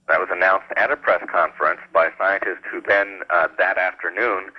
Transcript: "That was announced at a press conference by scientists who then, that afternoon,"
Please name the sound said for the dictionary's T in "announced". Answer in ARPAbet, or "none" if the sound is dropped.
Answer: T